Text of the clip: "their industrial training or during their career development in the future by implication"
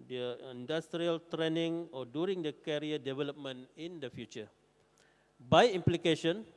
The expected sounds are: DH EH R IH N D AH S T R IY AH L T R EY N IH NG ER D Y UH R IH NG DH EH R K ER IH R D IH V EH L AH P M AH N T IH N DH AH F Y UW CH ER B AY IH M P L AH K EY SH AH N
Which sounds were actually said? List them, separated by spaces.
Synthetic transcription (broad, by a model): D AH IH N D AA S T R IY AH L T R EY N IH NG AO D Y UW R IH NG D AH K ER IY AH D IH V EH L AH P M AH N IH N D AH F Y UW CH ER B AY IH M P L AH K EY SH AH N